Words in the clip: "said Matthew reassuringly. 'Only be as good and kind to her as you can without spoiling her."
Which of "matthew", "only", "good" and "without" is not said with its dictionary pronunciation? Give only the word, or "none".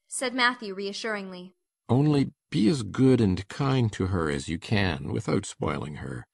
none